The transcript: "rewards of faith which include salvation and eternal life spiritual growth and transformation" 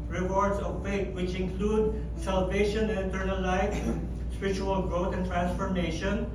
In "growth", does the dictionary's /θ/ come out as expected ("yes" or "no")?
no